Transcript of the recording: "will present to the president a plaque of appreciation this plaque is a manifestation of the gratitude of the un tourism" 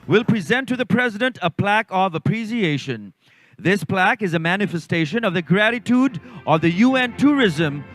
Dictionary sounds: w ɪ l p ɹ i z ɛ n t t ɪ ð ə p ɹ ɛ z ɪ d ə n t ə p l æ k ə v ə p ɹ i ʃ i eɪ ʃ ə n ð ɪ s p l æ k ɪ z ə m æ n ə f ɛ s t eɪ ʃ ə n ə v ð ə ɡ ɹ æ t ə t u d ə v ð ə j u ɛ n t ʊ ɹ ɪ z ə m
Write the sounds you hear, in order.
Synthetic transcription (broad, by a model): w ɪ l p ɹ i z ɛ n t t ɪ ð ə p ɹ ɛ z ɪ d ə n t ə p l æ k ə v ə p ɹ i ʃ i eɪ ʃ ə n ð ɪ s p l æ k ɪ z ə m æ n ə f ɛ s t eɪ ʃ ə n ə v ð ə ɡ ɹ æ t ə t u d ə v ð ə j u ɛ n t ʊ ɹ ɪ z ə m